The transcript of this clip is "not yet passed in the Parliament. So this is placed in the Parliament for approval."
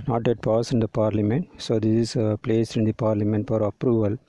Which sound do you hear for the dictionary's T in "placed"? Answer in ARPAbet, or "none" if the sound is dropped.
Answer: none